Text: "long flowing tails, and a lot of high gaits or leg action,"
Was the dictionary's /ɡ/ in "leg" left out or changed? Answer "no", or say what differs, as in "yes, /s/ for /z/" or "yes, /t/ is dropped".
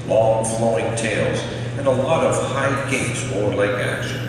yes, /ɡ/ is dropped